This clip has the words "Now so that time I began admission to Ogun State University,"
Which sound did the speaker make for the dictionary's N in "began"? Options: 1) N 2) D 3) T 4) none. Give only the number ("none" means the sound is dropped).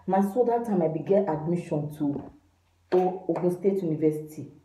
4